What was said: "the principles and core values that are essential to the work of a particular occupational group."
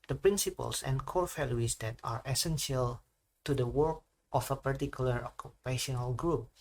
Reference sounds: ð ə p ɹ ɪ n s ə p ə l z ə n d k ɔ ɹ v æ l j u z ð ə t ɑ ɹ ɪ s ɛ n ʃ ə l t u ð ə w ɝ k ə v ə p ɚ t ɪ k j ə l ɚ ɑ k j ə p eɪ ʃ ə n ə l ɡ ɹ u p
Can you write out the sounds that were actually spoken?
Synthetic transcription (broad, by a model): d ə p ɹ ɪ n s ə p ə l s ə n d k ɔ ɹ f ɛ l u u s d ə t ɑ ɹ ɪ s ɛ n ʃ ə l t u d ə w ɝ k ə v ə p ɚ t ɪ k j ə l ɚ ɑ k j ə p eɪ ʃ ə n ə l ɡ ɹ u p